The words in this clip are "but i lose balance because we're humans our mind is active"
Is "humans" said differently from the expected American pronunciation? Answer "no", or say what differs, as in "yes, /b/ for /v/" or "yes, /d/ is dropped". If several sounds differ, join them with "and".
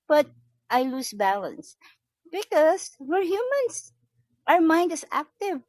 yes, /s/ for /z/